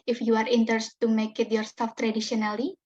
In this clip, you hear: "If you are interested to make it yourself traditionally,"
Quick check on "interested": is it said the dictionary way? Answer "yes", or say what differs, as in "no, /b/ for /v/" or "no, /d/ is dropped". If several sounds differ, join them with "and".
no, /s/ is dropped